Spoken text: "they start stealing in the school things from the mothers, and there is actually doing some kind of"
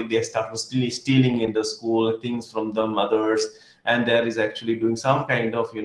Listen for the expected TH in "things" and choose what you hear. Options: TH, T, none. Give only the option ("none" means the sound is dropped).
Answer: T